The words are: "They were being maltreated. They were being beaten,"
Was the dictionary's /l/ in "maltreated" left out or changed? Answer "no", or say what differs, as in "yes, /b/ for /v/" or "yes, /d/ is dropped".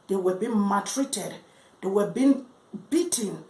yes, /l/ is dropped